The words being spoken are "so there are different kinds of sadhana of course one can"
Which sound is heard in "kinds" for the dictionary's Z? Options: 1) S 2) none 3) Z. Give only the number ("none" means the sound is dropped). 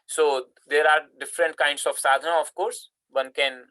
1